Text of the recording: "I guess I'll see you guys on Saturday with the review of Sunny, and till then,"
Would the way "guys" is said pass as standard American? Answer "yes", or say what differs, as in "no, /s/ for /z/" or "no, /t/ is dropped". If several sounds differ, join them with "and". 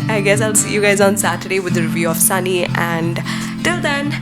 yes